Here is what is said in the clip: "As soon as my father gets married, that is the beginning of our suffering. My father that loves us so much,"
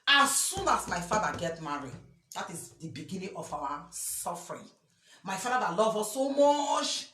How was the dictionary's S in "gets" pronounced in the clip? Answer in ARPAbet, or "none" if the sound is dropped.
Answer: none